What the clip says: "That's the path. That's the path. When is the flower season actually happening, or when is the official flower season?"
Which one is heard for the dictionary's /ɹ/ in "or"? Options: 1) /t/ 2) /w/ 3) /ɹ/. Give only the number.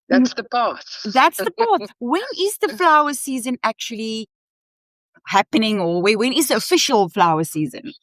2